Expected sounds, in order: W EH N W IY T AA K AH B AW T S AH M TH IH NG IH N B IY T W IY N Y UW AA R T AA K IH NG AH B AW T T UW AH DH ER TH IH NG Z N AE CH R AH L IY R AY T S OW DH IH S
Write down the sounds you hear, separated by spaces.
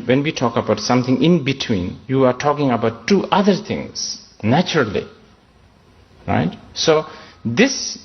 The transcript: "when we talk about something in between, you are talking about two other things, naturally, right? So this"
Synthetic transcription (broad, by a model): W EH N W IY T AA K AH B AW T S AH M T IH NG IH N B IY T W IY N Y UW AA R T AA K IH NG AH B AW T T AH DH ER T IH NG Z N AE CH R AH L IY R AY T S OW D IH S